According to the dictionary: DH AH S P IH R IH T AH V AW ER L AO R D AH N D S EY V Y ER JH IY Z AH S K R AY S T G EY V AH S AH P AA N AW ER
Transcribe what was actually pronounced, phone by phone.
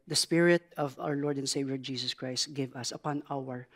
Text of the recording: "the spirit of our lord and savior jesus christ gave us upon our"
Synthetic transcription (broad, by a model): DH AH S P IH R IH T AH V AW ER L AO R D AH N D S EY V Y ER JH IY S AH S K R AY S T G EY V AH S AH P AA N AW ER